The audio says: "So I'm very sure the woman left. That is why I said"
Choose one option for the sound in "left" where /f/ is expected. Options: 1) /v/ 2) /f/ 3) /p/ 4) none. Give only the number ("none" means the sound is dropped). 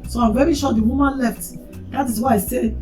2